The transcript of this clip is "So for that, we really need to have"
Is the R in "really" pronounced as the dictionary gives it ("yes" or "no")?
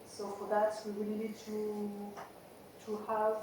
no